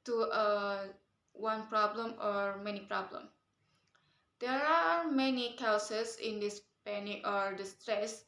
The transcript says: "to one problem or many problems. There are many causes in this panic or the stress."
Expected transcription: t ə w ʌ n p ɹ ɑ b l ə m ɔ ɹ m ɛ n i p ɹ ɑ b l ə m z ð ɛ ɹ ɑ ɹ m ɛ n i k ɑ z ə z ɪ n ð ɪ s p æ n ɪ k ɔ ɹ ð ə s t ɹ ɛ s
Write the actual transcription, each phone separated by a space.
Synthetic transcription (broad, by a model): t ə w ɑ n p ɹ ɑ b l ə m ɔ ɹ m ɛ n i p ɹ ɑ b l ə m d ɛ ɹ ɑ ɹ m ɛ n i k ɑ s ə s ɪ n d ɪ s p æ n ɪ ɔ ɹ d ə s t ɹ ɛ s